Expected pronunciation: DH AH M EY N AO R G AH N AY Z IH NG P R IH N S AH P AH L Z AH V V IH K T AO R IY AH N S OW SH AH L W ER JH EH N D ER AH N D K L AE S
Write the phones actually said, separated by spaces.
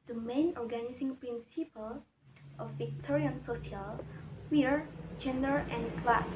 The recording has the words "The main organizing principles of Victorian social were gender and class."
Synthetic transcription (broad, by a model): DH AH M EY N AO R G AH N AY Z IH NG P R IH N S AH P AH L AH F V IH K T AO R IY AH N S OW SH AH L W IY JH EH N D ER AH N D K L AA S